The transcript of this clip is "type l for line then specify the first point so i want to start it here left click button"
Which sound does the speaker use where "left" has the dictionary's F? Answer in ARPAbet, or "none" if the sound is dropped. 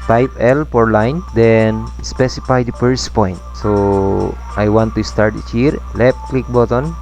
none